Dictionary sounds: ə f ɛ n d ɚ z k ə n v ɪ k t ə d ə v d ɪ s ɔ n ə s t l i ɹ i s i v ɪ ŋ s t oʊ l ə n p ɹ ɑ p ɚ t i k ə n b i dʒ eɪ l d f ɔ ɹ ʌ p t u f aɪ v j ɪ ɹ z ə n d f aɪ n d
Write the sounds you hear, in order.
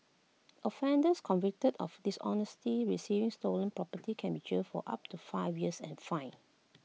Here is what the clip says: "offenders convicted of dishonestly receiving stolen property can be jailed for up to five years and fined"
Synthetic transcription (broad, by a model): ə f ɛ n d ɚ s k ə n v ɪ k t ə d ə f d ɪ s ɔ n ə s t i ɹ i s i v ɪ ŋ s t oʊ l ə n p ɹ ɑ p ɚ t i k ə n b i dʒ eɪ f ɔ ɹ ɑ p t u f aɪ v j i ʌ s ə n f aɪ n